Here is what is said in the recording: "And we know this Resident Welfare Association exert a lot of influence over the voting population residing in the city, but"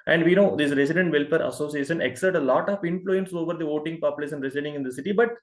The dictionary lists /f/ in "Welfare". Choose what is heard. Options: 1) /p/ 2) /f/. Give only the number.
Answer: 1